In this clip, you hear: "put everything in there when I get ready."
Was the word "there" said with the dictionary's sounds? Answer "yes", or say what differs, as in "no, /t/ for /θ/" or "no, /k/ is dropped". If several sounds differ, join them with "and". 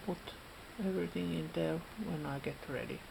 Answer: no, /l/ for /ɹ/